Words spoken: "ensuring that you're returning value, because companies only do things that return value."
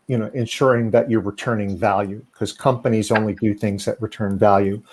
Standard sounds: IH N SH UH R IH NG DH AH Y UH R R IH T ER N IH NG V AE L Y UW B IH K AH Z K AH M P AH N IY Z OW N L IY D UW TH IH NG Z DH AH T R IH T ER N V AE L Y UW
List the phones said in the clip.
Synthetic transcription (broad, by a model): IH N SH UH R IH NG DH AH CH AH R R IH T ER N IH NG V AE L Y UW K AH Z K AH M P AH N IY Z OW N L IY D UW TH IH NG Z DH AH T R IH T ER N V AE L Y UW